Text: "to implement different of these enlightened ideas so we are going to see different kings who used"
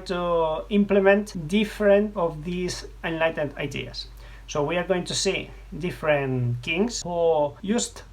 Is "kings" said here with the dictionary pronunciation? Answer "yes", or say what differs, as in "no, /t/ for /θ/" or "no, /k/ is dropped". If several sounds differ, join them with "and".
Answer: no, /s/ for /z/